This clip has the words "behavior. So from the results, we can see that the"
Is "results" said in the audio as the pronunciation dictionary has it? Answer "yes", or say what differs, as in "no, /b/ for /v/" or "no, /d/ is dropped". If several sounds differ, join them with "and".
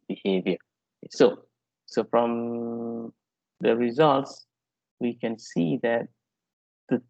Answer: yes